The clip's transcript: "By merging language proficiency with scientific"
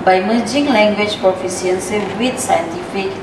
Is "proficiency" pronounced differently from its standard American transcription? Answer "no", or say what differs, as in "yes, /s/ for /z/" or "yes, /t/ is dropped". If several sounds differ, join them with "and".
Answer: yes, /s/ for /ʃ/